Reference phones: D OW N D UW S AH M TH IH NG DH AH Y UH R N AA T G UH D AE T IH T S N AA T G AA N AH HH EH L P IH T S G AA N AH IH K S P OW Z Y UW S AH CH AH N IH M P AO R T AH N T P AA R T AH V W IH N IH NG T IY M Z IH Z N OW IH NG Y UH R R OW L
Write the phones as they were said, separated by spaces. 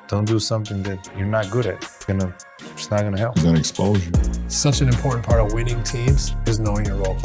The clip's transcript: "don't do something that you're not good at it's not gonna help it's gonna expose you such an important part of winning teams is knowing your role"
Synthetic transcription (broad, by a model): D OW N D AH S AH M TH IH NG DH AH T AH R N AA T G UH D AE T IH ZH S N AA T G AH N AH HH EH L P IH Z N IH K S P OW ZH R S AH CH AH N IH M P AO R T N P AA R T AH V W IH N IH NG T IY M Z IH Z N OW IH NG Y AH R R OW L